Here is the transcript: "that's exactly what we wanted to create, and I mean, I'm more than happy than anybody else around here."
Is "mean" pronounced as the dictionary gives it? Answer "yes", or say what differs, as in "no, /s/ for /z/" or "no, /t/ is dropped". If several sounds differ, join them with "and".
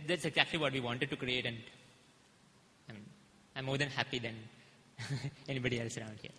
no, /n/ is dropped